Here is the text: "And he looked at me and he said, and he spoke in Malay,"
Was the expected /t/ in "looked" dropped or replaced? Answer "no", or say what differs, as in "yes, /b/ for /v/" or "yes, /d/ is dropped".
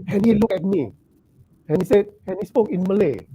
yes, /t/ is dropped